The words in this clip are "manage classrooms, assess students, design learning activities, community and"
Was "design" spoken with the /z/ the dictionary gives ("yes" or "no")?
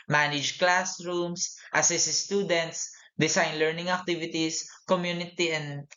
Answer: no